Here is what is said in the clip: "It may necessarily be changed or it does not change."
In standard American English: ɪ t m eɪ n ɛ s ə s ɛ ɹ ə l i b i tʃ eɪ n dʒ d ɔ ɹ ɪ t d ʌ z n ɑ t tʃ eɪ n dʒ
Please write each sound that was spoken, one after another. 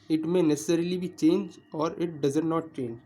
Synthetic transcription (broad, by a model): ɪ t m eɪ n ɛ s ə s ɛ ɹ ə l i b i tʃ eɪ n dʒ ɔ ɹ ɪ t d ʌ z n ɑ t tʃ eɪ n dʒ